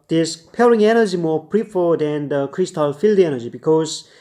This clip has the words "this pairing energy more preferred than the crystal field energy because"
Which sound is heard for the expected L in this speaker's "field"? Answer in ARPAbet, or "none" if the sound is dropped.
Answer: L